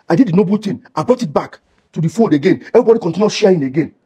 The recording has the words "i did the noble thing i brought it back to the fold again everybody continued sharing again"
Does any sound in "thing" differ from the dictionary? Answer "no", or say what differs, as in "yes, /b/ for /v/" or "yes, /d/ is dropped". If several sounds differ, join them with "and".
yes, /t/ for /θ/